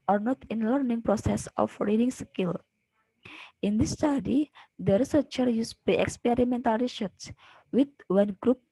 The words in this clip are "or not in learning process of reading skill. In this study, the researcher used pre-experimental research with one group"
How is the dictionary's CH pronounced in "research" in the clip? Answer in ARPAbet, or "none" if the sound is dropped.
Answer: S